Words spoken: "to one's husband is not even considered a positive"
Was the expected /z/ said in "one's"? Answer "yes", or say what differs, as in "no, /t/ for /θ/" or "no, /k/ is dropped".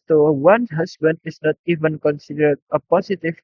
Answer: no, /z/ is dropped